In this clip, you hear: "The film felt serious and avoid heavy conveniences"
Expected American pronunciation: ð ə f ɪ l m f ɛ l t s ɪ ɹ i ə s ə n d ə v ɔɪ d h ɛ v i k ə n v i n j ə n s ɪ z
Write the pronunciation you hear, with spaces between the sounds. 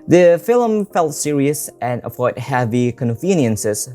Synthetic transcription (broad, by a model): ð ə f ɪ l m f ɛ l t s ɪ ɹ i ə s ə n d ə f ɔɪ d h ɛ v i k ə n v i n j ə n s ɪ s